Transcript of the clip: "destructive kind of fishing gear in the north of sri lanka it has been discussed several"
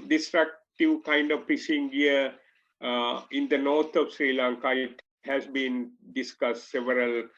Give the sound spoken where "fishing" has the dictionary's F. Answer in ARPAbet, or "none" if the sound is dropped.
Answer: P